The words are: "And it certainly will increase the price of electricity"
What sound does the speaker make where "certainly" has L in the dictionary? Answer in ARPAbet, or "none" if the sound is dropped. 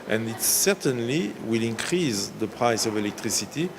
L